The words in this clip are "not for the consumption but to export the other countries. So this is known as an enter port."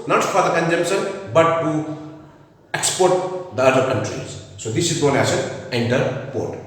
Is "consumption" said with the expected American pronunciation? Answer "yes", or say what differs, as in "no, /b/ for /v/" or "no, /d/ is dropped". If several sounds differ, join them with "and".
no, /s/ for /ʃ/